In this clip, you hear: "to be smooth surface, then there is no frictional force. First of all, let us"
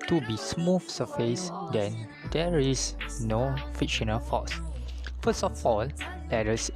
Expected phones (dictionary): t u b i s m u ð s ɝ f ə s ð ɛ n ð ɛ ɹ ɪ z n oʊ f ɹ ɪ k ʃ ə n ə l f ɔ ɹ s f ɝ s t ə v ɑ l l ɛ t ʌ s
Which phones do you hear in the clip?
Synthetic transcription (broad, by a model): t u b i s m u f s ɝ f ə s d ɛ n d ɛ ɹ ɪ s n oʊ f ɪ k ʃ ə n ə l f ɔ s f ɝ s t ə f ɑ l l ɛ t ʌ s